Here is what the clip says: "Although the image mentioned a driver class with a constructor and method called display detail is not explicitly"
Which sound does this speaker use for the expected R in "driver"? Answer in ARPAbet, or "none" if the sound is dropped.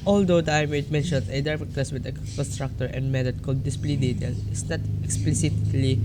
none